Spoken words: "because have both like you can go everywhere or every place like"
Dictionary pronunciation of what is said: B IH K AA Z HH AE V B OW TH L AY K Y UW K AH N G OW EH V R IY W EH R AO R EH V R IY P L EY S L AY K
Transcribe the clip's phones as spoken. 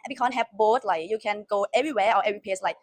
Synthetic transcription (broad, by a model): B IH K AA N HH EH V B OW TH L AY K Y UW K AH N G OW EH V R IY W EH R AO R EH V R IY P EY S L AY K